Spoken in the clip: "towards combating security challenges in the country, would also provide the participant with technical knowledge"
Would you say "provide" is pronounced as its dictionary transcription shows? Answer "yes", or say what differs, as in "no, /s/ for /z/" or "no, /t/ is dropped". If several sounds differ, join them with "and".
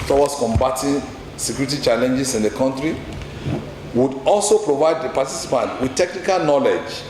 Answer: yes